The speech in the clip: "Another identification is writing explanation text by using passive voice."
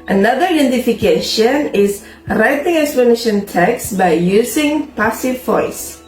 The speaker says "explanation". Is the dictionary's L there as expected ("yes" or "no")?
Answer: no